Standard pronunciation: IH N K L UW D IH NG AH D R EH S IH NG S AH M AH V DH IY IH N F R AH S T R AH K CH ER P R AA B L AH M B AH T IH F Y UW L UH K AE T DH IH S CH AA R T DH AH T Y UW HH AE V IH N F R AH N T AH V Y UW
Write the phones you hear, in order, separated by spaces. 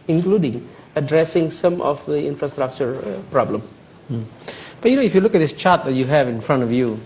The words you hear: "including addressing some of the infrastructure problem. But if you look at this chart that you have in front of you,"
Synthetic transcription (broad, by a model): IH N K L UW D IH NG AH D R EH S IH NG S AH M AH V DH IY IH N F R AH S T R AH K CH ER P R AA B L AH M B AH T IH F Y UW L UH K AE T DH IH S CH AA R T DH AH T Y UW HH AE V IH N F R AH N T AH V Y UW